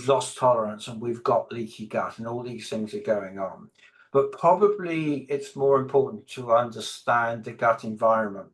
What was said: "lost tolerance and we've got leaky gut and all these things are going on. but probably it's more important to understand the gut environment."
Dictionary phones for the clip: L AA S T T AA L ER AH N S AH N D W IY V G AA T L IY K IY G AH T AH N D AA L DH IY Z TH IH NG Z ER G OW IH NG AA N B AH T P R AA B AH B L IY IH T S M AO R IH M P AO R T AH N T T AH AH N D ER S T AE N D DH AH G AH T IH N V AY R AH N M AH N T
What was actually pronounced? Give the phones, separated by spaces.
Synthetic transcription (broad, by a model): L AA S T T AA L ER AH N S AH N W IY V G AA T L IY K IY G AH T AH N AA L DH IY Z TH IH NG Z ER G OW IH NG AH N B AH T P R AA B AH B L IY IH T S M AO R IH M P AO R T N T T AH AH N D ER S T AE N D DH AH G AH T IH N V AY R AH N M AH N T